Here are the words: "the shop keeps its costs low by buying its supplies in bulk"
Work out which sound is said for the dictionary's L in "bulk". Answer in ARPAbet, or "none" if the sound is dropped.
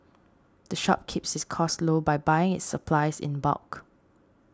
none